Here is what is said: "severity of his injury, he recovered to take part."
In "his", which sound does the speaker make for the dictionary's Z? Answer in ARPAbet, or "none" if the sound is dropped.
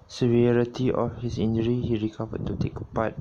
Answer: S